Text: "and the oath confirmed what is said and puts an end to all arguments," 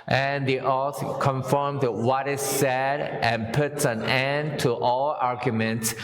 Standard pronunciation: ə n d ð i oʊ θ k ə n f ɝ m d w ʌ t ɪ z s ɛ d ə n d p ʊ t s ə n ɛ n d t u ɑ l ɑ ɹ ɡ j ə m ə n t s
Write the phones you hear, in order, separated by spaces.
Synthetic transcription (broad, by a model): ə n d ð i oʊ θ k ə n f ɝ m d w ʌ t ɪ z s ɛ d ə n p ʊ t s ə n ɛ n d t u ɑ l ɑ ɹ ɡ j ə m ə n t s